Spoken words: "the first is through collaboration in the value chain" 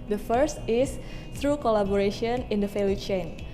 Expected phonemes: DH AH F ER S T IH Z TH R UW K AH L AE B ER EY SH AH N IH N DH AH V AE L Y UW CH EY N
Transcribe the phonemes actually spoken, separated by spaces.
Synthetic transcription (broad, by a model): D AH F ER S T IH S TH R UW K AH L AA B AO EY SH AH N IH N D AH F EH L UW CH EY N